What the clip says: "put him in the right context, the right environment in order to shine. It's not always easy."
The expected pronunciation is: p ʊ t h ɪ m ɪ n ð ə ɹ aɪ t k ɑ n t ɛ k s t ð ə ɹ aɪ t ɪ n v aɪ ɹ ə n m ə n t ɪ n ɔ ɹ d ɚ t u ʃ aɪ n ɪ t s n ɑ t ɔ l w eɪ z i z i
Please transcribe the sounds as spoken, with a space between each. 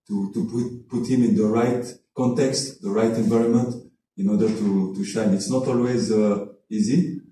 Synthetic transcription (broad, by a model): p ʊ t h ɪ m ɪ n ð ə ɹ aɪ t k ɑ n t ɛ k s t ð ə ɹ aɪ t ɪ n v aɪ ɹ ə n m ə n t ɪ n ɔ ɹ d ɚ t u ʃ aɪ n ɪ t s n ɑ t ɔ l w eɪ z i z i